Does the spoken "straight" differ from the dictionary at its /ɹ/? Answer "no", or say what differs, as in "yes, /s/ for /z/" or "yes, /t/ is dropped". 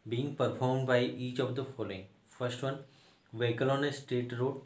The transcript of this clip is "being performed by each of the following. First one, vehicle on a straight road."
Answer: yes, /ɹ/ is dropped